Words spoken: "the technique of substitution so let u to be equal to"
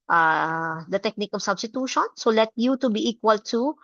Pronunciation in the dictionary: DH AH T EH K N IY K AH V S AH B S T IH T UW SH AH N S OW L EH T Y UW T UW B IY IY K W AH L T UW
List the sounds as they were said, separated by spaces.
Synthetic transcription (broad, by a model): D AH T EH K N IY K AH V S AH B S T IH T UW SH AH N S OW L EH T Y UW T UW B IY IY K W AH L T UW